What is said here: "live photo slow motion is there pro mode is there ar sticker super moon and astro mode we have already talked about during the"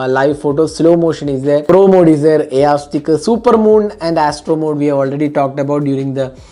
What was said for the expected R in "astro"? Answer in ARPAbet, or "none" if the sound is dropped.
R